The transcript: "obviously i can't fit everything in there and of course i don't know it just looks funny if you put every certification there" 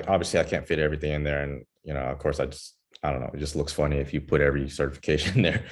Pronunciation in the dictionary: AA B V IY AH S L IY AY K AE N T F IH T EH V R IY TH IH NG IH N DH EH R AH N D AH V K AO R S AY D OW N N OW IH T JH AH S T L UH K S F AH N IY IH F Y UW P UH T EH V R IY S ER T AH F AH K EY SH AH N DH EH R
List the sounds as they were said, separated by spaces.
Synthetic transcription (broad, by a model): AA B V IY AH S L IY AY K AE N T F IH T EH V R IY TH IH NG IH N DH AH R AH N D AH V K AO R S AY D OW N N OW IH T JH AH S T L UH K S F AH N IY IH F Y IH P UH T EH V R IY S ER T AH F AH K EY SH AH N DH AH R